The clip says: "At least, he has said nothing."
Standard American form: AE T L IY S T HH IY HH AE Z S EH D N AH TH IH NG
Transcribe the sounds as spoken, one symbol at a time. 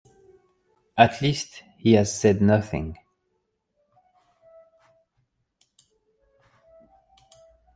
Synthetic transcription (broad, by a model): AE T L IY S T HH IY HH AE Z S EH D N AH TH IH NG